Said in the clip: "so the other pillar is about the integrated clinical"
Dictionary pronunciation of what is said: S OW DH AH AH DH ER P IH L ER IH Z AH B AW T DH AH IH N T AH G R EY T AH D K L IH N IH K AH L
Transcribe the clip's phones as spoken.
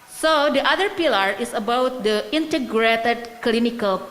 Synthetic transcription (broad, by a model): S OW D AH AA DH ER P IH L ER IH S AH B AW T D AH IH N T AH G R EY T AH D K L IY N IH K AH L